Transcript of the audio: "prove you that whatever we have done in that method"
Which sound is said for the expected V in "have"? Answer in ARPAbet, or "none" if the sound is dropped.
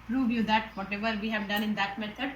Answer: V